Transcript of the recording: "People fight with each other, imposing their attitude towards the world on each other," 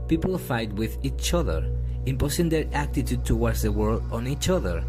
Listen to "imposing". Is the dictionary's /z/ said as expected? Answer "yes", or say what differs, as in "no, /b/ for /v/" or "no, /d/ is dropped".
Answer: no, /s/ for /z/